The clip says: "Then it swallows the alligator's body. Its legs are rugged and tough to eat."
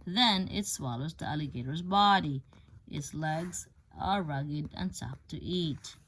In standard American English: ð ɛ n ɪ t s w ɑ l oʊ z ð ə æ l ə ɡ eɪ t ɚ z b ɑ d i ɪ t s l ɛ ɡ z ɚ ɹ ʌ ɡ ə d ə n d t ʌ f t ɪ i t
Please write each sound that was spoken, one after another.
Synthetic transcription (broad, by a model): ð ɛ n ɪ t s w ɑ l oʊ z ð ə æ l ə ɡ eɪ t ɚ z b ɑ d i ɪ t s l ɛ ɡ z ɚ ɹ ʌ ɡ ə d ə n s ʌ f t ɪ i t